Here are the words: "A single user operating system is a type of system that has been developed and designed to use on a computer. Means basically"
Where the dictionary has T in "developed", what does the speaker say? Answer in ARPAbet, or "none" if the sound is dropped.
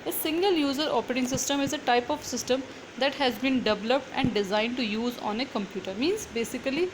T